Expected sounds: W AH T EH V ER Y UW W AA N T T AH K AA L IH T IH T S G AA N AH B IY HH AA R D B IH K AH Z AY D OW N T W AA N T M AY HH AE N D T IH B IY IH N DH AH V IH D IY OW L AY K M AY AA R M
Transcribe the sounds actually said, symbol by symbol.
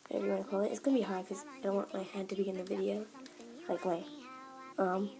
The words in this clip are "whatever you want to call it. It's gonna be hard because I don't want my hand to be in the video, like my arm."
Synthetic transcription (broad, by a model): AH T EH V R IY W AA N K AA L IH T IH T S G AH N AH B IY HH AA R D K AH Z AY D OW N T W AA N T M AY HH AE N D T IH B IY IH N DH AH V IH D IY OW L AY K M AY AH M